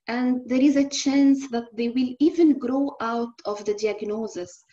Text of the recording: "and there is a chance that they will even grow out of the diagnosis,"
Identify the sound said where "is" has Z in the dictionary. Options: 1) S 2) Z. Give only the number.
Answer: 2